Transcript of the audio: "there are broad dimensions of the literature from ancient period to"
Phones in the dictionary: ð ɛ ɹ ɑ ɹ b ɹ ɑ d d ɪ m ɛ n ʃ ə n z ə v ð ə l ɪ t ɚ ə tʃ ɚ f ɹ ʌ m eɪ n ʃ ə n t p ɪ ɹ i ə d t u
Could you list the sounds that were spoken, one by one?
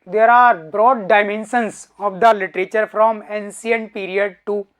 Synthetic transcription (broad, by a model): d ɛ ɹ ɑ ɹ b ɹ ɑ d d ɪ m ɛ n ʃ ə n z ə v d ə l ɪ t ɚ ə tʃ ɚ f ɹ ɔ m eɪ n s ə n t p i ɹ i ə d t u